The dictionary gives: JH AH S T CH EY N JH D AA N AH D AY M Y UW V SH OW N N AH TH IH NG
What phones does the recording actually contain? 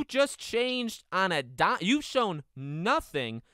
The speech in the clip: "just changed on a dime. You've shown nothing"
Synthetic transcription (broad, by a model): JH AH S CH EY N JH D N AH D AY Y UW V SH OW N N AH TH IH NG